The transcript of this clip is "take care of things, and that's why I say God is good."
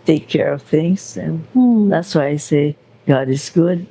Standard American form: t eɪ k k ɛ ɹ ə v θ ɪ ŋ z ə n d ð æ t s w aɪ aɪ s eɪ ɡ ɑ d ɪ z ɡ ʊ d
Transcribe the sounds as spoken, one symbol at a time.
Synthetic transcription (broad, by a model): t eɪ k k ɛ ɹ ə v θ ɪ ŋ z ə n ð æ t s w aɪ aɪ s eɪ ɡ ɑ d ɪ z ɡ ʊ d